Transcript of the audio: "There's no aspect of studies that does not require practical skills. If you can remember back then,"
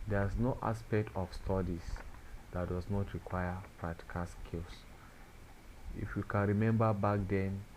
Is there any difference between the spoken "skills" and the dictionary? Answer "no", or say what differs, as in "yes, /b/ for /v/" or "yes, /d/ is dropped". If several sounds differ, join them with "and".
yes, /s/ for /z/